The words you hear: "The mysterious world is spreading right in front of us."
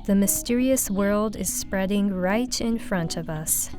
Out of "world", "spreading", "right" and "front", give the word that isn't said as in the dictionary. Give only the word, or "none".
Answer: none